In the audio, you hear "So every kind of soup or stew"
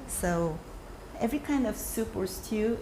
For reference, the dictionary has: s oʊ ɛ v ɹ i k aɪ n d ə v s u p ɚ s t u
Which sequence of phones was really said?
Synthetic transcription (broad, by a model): s oʊ ɛ v ɹ i k aɪ n d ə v s u p ɚ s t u